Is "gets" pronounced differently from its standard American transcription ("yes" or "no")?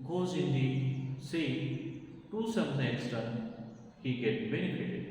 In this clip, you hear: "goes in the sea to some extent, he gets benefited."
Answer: yes